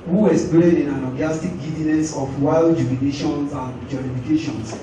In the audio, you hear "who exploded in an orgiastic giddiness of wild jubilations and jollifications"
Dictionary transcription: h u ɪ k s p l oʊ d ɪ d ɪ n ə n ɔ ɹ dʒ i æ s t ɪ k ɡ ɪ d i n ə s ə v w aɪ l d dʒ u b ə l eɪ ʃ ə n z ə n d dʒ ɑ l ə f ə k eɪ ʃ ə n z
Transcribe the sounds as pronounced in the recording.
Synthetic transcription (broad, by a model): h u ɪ s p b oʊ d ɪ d ɪ n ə l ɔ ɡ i s t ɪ k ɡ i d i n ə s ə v w aɪ l d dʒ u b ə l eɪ ʃ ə n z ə n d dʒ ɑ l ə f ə k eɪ ʃ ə n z